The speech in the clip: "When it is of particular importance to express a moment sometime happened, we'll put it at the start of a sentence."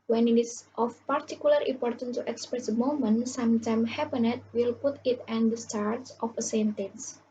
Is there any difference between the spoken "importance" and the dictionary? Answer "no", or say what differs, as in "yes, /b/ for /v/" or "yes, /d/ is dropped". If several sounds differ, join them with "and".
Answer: yes, /s/ is dropped